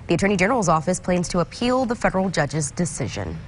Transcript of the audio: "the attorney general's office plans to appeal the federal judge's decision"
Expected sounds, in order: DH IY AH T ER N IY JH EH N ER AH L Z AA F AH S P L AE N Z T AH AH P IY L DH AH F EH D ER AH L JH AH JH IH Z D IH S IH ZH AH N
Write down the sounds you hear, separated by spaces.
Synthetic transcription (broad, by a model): DH IY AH T ER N IY JH EH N ER L Z AA F AH S P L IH N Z T AH AH P IY L DH AH F EH D ER L JH AH JH IH Z D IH S IH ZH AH N